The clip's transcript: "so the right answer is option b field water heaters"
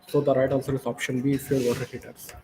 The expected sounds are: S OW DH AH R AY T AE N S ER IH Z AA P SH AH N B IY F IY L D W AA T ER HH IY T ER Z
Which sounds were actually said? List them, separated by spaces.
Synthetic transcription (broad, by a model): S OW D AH R AY T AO L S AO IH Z AA P SH AH N B IY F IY D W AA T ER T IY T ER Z